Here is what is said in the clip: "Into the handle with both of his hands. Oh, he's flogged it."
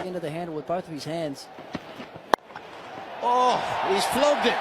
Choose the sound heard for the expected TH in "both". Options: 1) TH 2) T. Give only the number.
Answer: 1